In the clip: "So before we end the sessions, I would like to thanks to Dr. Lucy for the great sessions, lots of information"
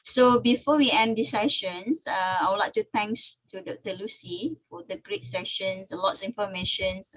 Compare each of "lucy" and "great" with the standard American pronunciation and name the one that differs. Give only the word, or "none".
none